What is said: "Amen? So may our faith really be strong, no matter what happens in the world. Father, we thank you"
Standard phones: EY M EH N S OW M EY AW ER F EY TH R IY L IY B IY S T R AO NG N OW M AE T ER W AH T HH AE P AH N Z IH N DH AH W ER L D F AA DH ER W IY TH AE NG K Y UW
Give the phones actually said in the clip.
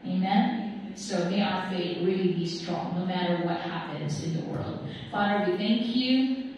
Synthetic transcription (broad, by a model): EY M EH N S OW M EY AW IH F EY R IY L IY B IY S T R AO NG N OW M AE T ER W AH T HH AE P AH N Z IH N DH AH W ER L D F AA DH ER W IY TH AE NG K Y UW